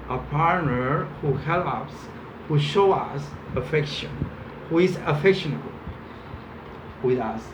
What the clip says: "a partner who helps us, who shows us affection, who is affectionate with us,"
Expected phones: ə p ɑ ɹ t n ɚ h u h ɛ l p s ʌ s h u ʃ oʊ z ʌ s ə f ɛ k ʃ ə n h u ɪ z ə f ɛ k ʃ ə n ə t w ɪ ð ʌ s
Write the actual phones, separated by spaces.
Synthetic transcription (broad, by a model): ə p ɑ ɹ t n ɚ h u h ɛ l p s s h u ʃ oʊ ʌ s ə f ɛ k ʃ ə n h u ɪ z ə f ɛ k ʃ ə n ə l w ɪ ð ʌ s